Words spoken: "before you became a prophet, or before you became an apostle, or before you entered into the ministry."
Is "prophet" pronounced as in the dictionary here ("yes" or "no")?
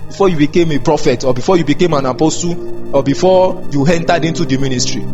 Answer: yes